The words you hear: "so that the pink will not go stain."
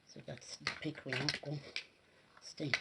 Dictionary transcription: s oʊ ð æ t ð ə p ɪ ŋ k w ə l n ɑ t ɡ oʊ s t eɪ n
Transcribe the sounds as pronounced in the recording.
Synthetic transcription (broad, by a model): s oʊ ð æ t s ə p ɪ k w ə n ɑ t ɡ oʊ s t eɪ